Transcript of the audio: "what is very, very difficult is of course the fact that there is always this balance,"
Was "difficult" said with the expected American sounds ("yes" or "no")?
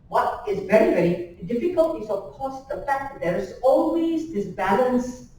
yes